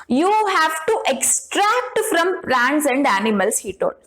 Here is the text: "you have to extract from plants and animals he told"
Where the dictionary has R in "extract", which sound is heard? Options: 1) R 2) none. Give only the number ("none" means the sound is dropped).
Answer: 1